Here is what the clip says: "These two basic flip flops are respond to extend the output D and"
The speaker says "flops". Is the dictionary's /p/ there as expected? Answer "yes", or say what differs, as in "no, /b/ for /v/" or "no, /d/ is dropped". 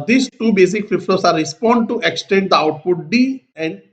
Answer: no, /p/ is dropped